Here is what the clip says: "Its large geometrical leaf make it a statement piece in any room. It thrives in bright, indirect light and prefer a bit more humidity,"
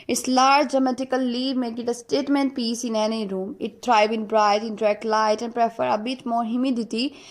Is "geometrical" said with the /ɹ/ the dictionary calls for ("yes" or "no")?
no